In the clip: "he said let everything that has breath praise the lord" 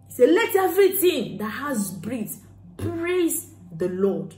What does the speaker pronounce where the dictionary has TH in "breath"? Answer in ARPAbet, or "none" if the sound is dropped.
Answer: S